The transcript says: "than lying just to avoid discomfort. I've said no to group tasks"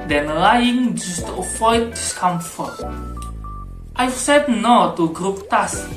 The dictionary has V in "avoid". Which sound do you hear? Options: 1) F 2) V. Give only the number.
1